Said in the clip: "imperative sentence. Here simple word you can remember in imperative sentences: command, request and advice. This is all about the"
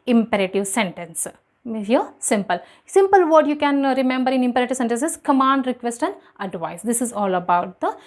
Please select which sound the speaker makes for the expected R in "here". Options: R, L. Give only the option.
L